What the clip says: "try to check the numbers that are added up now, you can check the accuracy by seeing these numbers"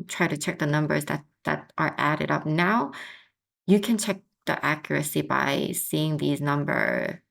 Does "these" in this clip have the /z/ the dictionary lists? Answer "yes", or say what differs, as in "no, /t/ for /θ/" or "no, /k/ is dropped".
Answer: yes